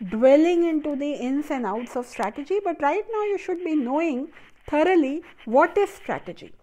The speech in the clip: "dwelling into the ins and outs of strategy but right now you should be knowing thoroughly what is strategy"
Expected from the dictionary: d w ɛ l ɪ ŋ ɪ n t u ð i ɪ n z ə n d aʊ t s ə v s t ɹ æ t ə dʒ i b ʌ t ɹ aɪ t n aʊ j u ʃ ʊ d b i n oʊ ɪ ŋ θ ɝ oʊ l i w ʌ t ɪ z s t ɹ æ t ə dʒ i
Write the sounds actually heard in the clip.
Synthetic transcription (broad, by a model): d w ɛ l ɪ ŋ ɪ n t u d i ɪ n s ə n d aʊ t s ə v s t ɹ æ t ə dʒ i b ʌ t ɹ aɪ t n aʊ j u ʃ ʊ d b i n oʊ ɪ ŋ t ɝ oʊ l i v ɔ t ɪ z s t ɹ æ t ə dʒ i